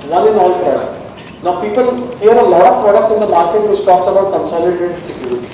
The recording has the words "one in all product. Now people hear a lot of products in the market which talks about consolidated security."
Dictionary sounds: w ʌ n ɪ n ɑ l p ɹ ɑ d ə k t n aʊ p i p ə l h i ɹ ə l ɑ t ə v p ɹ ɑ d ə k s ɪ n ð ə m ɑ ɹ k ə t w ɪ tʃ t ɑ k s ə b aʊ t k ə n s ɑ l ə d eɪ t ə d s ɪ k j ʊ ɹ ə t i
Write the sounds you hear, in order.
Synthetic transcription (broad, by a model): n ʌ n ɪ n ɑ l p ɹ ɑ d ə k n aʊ p i p ə l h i ɹ ə l ɑ t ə f p ɹ ɑ d ə k s ɪ n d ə m ɑ ɹ k ə t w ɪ s t ɑ k s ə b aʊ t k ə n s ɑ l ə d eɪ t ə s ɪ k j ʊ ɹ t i